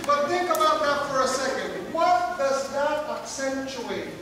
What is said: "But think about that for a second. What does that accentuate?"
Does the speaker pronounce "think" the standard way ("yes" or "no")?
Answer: no